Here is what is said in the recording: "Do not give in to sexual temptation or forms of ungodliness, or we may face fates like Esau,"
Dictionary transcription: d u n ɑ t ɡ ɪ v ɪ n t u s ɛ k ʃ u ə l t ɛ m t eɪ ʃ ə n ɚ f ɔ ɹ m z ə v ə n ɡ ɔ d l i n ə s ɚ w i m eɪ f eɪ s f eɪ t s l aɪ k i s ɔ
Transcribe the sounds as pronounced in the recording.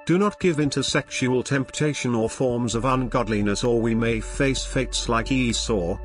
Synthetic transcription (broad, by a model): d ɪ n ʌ t ɡ ɪ v ɪ n t u s ɛ k ʃ u ə l t ɛ m t eɪ ʃ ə n ɚ f ɔ ɹ m z ə v ə n ɡ ɔ d l i n ə s ɚ w i m eɪ f eɪ s f eɪ t s l aɪ k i s ɔ